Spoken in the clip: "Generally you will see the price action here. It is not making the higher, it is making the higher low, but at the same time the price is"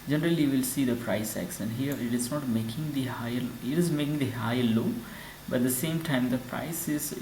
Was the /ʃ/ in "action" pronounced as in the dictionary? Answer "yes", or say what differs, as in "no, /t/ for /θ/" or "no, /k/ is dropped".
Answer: no, /s/ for /ʃ/